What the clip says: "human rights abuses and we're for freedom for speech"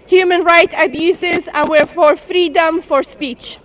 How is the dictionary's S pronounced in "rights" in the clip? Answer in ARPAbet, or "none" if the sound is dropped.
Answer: none